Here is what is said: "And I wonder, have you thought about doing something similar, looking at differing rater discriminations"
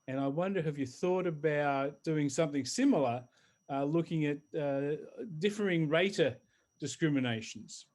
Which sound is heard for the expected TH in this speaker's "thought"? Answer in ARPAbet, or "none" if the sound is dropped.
TH